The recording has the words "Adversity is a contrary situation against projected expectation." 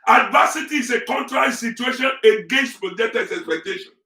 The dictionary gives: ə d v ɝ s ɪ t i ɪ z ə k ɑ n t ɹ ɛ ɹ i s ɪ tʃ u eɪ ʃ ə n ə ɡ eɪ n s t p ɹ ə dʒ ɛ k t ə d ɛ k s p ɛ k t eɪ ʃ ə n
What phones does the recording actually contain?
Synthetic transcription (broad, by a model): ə d v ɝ s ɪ t i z ə k ɑ n t ɹ ɛ ɹ i s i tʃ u eɪ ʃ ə n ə ɡ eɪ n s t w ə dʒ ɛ t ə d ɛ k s p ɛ k t eɪ ʃ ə n